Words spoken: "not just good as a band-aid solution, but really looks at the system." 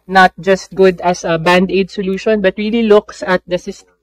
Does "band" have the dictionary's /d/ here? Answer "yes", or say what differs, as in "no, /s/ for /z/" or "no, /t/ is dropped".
yes